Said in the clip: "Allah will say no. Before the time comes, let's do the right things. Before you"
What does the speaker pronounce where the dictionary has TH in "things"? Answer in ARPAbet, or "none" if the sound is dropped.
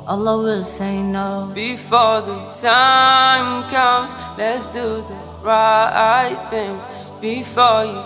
TH